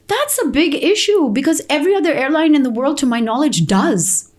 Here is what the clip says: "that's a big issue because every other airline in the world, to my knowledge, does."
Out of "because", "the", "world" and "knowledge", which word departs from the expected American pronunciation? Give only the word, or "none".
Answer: none